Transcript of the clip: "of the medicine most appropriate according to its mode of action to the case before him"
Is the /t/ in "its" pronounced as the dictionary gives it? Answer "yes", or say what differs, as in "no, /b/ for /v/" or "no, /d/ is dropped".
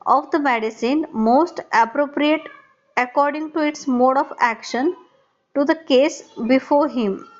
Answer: yes